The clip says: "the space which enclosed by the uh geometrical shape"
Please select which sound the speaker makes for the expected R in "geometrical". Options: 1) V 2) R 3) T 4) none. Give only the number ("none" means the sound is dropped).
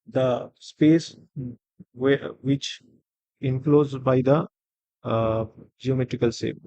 2